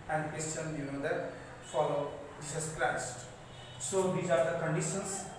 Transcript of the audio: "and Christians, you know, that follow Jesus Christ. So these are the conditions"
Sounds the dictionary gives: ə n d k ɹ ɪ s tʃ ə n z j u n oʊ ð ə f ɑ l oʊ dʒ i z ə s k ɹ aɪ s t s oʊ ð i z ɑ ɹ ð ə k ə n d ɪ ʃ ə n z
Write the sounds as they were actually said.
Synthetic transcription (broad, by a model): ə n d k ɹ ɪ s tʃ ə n j u n oʊ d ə f ɑ l oʊ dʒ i s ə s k l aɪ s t s oʊ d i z ɑ ɹ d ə k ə n d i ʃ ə n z